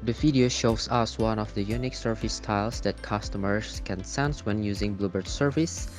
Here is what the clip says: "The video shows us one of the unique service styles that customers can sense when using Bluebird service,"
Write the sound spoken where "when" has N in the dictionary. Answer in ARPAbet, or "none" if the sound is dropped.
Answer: N